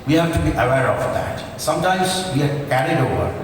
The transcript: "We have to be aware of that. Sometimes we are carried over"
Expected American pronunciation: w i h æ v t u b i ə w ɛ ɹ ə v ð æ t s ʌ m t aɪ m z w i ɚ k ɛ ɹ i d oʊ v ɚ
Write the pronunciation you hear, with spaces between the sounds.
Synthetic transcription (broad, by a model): w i h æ f t u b i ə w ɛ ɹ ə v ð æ t s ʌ m t aɪ m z w i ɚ k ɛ ɹ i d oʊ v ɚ